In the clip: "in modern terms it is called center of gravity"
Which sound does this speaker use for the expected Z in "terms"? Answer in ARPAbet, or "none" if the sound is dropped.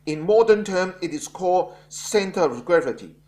none